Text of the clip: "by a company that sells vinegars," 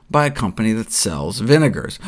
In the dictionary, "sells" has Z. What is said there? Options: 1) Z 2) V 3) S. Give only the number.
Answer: 1